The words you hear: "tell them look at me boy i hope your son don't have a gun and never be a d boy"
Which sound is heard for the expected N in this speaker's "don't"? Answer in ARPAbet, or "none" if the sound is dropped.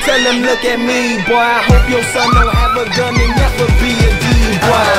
L